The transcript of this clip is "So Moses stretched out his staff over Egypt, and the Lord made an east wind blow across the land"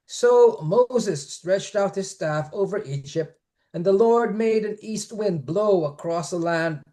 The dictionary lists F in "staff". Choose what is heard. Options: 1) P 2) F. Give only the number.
2